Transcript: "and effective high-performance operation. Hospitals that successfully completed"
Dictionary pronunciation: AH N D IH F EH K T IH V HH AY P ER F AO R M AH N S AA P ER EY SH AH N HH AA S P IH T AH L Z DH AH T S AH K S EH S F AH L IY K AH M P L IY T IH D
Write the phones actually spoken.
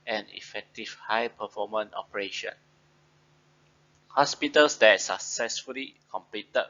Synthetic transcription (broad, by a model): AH N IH F EH K T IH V HH AY P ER F AO M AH N AA P ER EY SH AH N HH AA S P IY T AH L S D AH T S AH K S EH S F AH L IY K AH M P L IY T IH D